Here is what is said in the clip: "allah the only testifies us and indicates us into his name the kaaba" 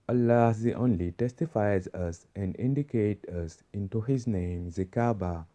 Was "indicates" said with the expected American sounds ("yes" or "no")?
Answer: no